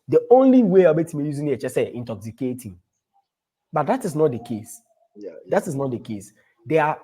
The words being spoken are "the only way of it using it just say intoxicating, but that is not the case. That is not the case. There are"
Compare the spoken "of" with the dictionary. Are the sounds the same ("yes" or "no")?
no